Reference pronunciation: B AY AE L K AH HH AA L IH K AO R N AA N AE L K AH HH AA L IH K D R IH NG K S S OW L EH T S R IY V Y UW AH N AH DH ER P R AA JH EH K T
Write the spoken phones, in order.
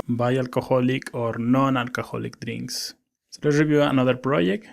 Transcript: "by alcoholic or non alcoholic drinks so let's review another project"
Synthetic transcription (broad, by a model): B AY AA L K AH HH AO L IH K AO R N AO N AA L K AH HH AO L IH K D R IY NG K S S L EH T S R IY B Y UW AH N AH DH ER P R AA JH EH K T